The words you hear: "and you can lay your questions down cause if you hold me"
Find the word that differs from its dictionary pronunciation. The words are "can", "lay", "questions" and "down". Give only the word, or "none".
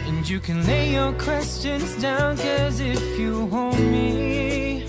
none